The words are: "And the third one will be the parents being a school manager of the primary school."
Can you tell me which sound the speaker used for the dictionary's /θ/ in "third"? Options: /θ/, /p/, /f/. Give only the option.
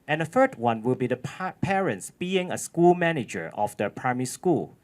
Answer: /f/